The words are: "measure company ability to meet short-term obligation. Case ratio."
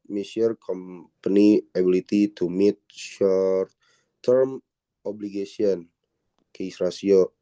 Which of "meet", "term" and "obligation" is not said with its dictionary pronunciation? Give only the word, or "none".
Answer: obligation